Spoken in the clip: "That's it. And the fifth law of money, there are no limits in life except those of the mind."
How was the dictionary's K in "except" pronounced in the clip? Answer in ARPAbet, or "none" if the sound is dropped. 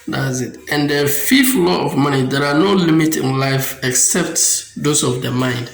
K